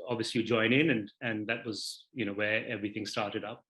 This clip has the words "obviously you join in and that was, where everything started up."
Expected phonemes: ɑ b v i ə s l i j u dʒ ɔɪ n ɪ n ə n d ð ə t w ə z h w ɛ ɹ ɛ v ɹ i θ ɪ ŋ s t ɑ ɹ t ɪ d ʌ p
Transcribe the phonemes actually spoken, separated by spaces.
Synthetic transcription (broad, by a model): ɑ b v i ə s l i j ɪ dʒ ɔɪ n ɪ n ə n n ð ə t w ə z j w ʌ ɹ ɛ v ɹ i θ ɪ ŋ s t ɑ ɹ t ɪ d ʌ p